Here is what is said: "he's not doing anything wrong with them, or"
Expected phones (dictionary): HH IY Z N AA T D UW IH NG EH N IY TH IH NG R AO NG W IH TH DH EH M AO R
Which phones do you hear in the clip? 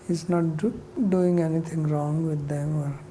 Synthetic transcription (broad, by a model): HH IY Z N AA T D UW IH NG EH N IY T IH NG R AO NG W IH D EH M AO R